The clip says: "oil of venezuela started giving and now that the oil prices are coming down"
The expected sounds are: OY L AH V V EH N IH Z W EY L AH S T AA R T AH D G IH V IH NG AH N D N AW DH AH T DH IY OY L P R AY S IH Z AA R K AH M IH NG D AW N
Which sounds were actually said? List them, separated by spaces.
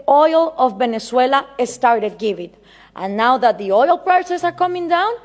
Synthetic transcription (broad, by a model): OY L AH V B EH N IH S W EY L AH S T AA R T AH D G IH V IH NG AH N N AW DH AH T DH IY OY L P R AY S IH S AA R K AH M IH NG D AW N